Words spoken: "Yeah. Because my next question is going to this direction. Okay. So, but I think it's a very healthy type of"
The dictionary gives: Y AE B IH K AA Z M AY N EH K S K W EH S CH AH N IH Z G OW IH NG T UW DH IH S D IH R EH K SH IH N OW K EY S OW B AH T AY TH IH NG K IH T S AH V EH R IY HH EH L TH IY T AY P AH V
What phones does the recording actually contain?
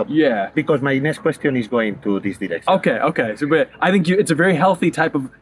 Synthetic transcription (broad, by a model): Y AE B IH K AA Z M AY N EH S K W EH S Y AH N IH Z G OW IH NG T UW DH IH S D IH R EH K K IH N OW K EY S OW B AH T AY TH IH NG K IH T S AH V EH R IY HH EH L TH IY T AY P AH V